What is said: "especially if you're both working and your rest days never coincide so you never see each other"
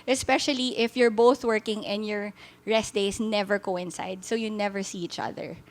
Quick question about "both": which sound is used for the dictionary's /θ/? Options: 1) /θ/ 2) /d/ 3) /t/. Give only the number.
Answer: 1